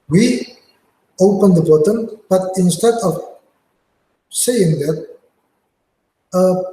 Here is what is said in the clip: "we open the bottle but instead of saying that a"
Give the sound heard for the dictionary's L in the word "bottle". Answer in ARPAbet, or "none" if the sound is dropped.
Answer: N